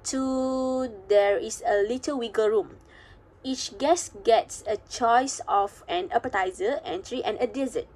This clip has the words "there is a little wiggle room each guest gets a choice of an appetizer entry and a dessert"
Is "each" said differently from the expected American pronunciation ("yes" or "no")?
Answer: no